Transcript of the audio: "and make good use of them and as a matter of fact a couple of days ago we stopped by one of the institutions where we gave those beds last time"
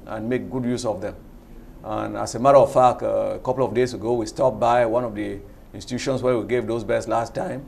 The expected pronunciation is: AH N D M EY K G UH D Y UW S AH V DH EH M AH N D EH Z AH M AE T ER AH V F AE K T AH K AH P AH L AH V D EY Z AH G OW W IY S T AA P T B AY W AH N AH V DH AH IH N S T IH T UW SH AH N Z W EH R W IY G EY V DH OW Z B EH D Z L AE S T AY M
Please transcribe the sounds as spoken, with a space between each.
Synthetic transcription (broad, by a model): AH N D M EY K G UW D Y UW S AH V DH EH M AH N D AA S AH M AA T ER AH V F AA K AH K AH P L AH V D EY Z AH G OW W IY S T AA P B AY W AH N AH V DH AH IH N S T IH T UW SH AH N S W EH W IY G EY V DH OW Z B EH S L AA S T AY M